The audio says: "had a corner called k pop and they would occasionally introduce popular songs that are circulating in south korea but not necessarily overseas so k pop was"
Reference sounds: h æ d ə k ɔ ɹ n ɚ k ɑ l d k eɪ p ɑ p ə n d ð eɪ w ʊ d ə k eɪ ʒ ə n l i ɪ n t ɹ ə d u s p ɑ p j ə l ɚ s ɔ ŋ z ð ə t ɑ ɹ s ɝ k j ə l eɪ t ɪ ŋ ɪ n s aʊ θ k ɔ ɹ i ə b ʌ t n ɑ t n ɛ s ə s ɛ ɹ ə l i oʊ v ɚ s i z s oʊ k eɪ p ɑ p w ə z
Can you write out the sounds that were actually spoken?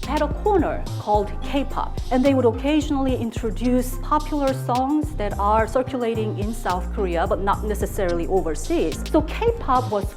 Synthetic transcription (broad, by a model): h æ d ə k ɔ ɹ n ɚ k ɑ l d k eɪ p ɑ p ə n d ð eɪ w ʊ d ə k eɪ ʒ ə n l i ɪ n t ɹ ə d u s p ɑ p j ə l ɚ s ɔ ŋ z ð ə t ɑ ɹ s ɝ k j ə l eɪ t ɪ ŋ ɪ n s aʊ θ k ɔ ɹ i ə b ʌ t n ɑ t n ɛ s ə s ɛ ɹ l i oʊ v ɚ s i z s oʊ k eɪ p ɑ p w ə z